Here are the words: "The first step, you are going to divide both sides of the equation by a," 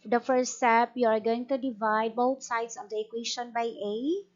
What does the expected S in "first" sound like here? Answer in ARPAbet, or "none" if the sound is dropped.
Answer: none